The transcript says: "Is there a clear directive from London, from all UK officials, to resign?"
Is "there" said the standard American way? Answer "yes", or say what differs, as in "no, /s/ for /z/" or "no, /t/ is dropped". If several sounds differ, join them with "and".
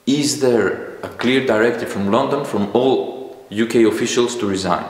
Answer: yes